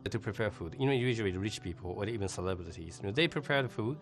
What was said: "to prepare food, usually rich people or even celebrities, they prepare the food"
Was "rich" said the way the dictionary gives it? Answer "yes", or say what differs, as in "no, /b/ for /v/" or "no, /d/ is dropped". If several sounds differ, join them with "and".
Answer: yes